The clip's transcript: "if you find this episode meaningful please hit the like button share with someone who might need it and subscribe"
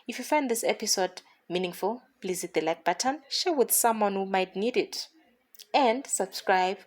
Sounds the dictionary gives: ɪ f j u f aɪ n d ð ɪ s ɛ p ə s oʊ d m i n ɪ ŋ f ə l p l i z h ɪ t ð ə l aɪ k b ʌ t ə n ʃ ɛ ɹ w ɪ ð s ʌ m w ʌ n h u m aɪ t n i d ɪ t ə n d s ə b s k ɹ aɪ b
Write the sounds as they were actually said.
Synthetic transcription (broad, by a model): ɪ f j u f aɪ n d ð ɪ s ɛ p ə s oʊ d m i n ɪ ŋ f ə l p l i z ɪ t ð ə l aɪ k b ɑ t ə n ʃ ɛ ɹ w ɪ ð s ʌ m w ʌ n h u m aɪ t n i d ɪ t ə n d s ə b s k ɹ aɪ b